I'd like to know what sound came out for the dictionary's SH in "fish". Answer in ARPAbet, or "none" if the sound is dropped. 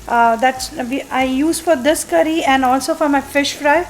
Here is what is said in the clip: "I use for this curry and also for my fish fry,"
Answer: SH